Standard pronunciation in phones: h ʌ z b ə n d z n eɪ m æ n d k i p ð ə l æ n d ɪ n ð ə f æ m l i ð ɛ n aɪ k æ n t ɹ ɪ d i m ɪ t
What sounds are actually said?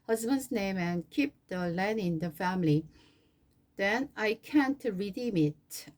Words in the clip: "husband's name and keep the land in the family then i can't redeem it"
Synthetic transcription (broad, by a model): h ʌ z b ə n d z n eɪ m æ n k i p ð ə l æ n ɪ n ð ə f æ m l i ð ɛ n aɪ k æ n t ɹ ɪ d i m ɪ t